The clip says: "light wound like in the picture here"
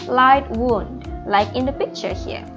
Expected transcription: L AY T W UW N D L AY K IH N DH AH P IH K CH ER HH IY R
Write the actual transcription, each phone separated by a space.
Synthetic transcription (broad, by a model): L AY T W UW N D L AY K IH N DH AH P IH K CH ER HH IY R